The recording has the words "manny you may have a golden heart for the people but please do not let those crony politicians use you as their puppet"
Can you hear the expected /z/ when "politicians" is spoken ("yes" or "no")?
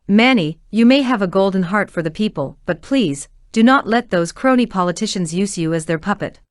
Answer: yes